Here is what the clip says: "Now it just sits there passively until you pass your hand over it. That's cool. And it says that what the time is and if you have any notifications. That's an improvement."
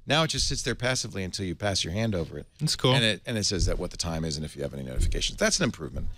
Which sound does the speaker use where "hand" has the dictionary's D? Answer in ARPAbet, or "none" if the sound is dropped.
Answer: D